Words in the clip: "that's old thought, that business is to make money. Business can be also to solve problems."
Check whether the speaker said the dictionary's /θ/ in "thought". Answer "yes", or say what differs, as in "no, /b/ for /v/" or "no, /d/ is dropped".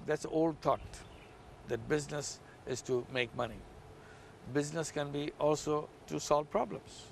no, /t/ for /θ/